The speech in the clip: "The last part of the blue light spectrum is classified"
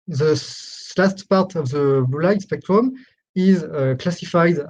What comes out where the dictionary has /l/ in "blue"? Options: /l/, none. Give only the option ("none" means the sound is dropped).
none